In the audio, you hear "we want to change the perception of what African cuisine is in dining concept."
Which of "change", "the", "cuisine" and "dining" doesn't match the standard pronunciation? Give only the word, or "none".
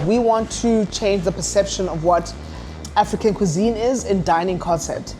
none